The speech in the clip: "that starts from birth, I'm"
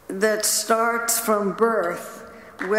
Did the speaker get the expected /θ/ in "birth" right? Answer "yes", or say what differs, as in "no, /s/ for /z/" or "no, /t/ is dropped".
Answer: yes